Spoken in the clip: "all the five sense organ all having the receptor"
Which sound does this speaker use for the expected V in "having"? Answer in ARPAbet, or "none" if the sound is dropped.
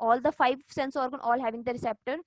V